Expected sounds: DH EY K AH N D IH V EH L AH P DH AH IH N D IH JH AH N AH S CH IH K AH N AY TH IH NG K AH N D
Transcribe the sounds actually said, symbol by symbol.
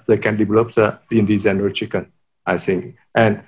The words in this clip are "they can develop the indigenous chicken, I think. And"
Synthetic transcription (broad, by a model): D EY K AH N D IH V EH L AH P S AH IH N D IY Z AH N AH CH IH K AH N AY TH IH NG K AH N